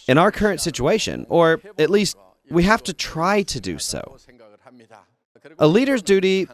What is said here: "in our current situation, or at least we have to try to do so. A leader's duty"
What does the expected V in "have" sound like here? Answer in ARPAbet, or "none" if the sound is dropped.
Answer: F